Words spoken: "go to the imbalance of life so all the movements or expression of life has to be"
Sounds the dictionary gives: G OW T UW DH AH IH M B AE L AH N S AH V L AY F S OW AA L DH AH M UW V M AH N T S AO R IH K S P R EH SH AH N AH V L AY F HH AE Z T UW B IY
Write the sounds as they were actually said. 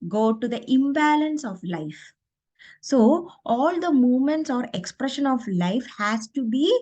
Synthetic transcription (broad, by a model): G OW T UW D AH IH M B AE L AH N S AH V L AY F S OW AA L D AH M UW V M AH N T S AO R IH K S P R EH SH AH N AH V L AY F HH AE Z T UW B IY